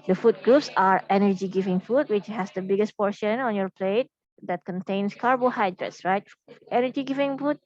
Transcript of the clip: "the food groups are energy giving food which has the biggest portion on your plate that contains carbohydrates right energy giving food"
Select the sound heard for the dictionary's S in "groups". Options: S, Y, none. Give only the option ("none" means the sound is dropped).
S